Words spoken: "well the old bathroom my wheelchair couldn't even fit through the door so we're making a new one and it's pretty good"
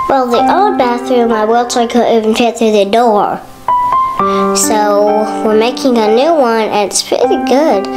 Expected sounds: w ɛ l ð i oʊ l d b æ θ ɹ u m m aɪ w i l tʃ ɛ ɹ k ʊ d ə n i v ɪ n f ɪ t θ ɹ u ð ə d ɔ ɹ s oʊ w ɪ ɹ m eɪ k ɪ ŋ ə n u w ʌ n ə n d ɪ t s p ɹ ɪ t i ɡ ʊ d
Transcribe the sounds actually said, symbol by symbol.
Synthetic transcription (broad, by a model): w ɛ l ð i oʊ d b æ θ ɹ u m m aɪ w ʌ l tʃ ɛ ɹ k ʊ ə i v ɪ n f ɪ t θ ɹ u ð ə d ɔ ɹ s oʊ w ɪ ɹ m eɪ k ɪ ŋ ə n u w ʌ n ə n ɪ t s p ɹ ɪ t i ɡ ʊ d